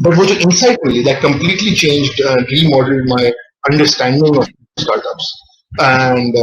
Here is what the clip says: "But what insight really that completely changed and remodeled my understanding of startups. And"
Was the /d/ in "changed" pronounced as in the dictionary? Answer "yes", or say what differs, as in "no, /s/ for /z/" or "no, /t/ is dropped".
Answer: yes